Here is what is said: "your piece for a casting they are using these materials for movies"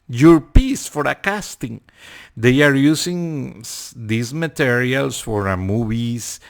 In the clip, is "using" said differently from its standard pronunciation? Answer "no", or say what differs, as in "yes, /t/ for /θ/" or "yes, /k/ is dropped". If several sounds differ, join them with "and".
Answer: yes, /s/ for /z/